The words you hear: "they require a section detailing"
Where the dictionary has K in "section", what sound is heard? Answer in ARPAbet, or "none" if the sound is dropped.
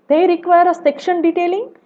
K